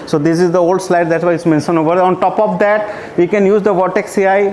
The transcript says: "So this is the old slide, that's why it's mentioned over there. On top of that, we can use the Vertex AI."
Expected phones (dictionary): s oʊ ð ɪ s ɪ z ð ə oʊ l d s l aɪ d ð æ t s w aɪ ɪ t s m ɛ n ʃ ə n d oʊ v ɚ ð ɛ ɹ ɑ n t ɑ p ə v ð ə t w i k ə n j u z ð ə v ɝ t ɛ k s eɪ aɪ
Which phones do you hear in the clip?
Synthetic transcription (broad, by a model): s oʊ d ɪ s ɪ z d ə oʊ l d s l aɪ d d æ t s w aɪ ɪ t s m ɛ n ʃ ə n oʊ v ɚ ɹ ɑ n t ɑ p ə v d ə t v i k ə n j u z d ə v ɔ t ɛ k s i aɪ